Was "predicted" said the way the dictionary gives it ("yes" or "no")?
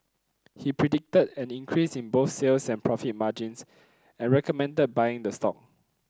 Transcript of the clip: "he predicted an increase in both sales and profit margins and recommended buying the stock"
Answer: yes